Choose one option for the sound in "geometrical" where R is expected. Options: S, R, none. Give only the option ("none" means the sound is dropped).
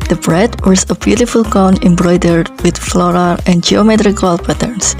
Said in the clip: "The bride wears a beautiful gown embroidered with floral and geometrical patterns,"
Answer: R